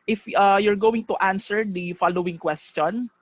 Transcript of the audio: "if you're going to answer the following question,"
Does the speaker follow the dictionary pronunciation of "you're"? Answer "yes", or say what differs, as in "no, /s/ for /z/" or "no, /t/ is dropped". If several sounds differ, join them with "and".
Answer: yes